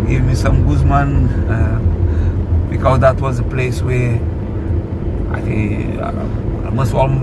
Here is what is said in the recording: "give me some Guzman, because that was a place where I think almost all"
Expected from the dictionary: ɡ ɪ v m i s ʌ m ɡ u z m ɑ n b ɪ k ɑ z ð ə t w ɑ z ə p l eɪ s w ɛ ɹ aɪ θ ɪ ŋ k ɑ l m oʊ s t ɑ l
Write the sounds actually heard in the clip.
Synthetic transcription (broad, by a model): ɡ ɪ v m i s ʌ m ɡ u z m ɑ n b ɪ k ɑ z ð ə t w ɑ z ə p l eɪ s w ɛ aɪ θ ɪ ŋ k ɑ m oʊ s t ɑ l